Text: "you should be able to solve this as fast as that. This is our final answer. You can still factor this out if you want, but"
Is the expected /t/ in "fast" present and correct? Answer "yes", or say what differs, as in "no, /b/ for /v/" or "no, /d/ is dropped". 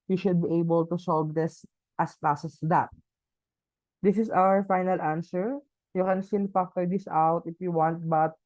no, /t/ is dropped